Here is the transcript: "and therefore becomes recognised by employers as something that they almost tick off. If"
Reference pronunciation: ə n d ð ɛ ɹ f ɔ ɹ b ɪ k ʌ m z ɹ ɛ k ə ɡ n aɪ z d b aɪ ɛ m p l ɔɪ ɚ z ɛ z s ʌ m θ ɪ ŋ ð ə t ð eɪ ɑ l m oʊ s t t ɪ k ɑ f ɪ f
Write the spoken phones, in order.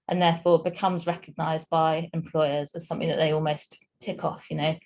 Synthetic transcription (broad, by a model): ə n ð ɛ f ɔ b ɪ k ʌ m z ɹ ɛ k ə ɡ n aɪ z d b aɪ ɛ m p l ɔɪ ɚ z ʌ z s ʌ m θ ɪ ŋ ð ə t ð eɪ ɑ l m oʊ s t t ɪ k ɑ f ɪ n